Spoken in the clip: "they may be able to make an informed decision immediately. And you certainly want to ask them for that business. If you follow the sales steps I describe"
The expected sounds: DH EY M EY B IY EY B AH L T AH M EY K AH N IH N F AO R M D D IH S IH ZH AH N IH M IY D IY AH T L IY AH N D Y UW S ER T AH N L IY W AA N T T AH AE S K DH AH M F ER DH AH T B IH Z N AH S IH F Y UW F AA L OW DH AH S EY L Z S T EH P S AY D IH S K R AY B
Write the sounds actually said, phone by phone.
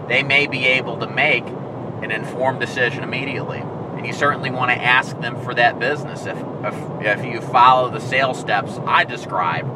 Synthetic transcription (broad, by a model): DH EY M EY B IY EY B L T AH M EY K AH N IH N F AO R M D D IH S IH ZH AH N IH M IY D IY AH T L IY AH N Y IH S ER T N L IY W AA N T T AE S K DH AH M F ER DH AH T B IH Z N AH S IH F Y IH F AA L OW DH AH S EY L S T EH P S AY D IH S K R AY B